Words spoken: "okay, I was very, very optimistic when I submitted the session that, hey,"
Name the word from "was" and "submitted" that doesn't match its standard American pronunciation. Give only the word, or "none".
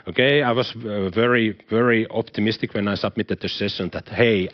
was